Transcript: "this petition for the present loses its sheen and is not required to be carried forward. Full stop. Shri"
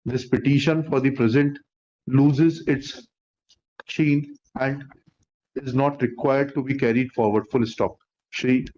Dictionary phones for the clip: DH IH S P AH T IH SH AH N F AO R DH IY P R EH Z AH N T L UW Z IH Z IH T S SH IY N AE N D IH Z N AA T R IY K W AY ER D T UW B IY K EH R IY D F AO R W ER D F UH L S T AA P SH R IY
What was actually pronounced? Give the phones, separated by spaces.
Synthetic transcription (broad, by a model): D IH S P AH T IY SH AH N F AO R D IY P R EH Z AH N T L UW Z IH Z IH T S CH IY N AE N D IH Z N AA T R IY K W AY ER D T UW B IY K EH R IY D F AO R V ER D F UH L S T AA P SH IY